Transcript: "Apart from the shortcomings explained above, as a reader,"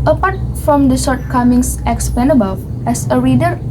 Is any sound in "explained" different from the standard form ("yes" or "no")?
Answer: yes